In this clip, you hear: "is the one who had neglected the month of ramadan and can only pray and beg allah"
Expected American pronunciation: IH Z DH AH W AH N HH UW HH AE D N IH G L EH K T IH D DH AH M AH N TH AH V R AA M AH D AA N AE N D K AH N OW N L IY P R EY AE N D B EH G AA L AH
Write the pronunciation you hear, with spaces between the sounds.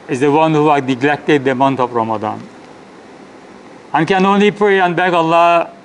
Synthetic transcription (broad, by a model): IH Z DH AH W AH N HH UW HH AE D N IH G L EH K T IH D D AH M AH N T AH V R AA M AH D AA N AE N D K AH N OW N L IY P R EY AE N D B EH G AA L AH